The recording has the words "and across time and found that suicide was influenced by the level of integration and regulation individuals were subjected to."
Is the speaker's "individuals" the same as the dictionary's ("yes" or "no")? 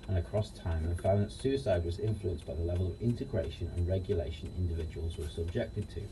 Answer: yes